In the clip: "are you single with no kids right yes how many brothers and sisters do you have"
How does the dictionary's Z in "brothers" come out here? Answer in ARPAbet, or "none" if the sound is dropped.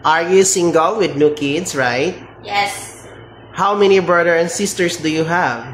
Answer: none